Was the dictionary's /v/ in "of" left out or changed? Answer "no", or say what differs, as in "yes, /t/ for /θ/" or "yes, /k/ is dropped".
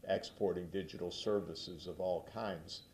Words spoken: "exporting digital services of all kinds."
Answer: no